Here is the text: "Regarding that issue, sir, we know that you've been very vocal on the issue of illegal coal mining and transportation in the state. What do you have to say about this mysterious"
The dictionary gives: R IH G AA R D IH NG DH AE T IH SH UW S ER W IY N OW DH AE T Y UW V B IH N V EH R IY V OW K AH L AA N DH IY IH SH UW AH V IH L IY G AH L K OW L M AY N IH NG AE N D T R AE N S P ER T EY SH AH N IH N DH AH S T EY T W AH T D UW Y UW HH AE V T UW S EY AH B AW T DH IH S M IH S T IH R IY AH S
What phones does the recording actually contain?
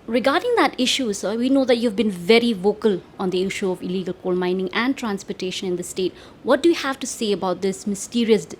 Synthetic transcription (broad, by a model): R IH G AA R D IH NG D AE T IH SH UW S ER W IY N OW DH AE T Y UW V B IH N V EH R IY V OW K AH L AA N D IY IH SH UW AH V IH L IY G AH L K OW L M AY N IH NG AE N D T R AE N S P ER T EY SH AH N IH N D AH S T EY T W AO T D UW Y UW HH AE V T UW S EY AH B AW T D IH S M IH S T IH R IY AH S